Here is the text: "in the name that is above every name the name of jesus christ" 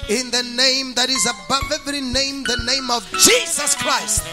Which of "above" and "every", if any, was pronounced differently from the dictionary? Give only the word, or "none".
none